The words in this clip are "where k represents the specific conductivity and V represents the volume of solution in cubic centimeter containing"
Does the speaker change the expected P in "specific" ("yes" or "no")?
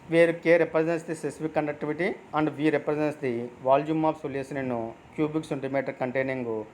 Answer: yes